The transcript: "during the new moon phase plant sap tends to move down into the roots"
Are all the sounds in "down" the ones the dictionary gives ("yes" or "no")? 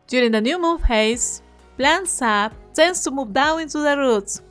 no